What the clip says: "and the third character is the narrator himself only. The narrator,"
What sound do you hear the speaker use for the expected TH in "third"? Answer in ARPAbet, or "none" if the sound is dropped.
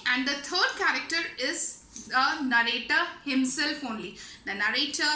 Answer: T